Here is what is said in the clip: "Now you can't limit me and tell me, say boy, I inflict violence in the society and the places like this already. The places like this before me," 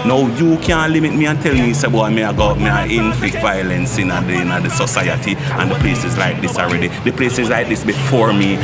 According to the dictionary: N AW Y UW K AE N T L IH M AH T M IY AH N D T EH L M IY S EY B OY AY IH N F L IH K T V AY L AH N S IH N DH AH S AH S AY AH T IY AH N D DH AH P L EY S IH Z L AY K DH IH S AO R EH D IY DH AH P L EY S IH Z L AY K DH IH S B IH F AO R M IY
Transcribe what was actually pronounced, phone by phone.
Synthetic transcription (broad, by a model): N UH Y UW K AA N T L IH M AH T M IY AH N T EH L M IY S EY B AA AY IH N F L IH K T V AY L AH N S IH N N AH S AH S AY AH T IY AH N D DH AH P L EY S IH Z L AY K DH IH S AO R EH D IY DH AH P L EY S IH Z L AY K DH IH S B IH F AO R M IY